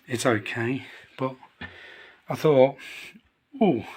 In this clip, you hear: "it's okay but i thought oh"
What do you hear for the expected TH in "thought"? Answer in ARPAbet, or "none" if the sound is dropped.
TH